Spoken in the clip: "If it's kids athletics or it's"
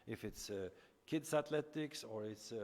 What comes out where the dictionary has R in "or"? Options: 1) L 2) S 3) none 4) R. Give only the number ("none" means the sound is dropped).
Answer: 4